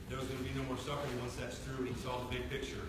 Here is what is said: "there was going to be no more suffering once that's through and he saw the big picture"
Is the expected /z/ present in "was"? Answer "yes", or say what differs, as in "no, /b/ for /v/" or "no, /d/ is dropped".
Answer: yes